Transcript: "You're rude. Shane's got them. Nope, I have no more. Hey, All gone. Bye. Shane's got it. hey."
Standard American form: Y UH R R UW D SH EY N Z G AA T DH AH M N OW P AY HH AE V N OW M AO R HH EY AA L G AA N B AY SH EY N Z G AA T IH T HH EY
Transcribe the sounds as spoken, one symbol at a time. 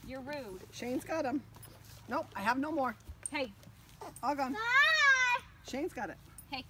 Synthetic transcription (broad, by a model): Y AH R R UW SH EY N Z G AA T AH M N OW AY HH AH V N OW M AO R HH EY AA L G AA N SH EY N Z G AA T IH T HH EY